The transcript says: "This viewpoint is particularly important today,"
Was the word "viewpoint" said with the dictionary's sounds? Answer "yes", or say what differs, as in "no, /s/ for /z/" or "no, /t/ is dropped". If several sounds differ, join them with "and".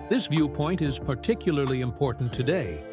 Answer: yes